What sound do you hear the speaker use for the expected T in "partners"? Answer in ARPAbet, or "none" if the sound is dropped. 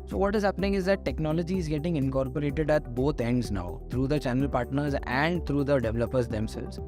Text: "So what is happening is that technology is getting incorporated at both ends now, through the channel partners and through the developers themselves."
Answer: T